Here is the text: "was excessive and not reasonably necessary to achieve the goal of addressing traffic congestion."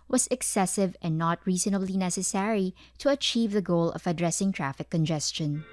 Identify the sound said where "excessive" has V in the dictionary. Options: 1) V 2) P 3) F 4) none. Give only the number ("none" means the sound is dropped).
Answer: 1